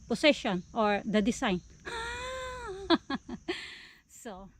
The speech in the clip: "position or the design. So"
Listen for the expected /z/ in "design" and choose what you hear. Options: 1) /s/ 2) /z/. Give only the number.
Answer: 1